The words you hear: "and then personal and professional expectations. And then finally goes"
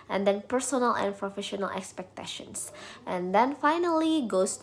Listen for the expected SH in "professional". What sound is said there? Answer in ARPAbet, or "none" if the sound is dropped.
SH